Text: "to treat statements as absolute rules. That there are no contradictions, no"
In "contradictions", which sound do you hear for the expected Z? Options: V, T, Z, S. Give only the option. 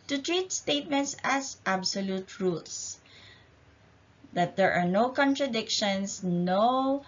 S